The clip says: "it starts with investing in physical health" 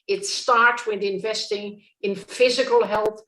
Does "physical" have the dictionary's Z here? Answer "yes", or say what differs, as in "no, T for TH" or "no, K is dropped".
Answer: yes